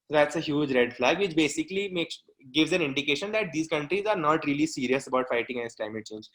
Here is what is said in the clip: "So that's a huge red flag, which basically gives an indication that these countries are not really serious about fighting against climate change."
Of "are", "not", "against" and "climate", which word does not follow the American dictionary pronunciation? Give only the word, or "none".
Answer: against